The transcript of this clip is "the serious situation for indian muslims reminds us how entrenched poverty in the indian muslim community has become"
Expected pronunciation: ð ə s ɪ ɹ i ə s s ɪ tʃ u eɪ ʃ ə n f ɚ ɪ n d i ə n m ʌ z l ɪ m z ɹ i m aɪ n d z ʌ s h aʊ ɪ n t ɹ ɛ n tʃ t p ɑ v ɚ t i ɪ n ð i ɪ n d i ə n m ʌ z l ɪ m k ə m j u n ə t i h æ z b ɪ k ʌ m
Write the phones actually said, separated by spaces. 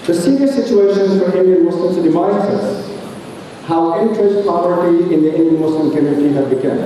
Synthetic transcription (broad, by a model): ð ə s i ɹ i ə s s ɪ tʃ u eɪ ʃ ə n f ɚ ɪ n d i ə n m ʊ s l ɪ m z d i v aɪ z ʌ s h aʊ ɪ n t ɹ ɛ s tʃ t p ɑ ɚ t i ɪ n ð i ɪ n d i ə n m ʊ s l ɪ m k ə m j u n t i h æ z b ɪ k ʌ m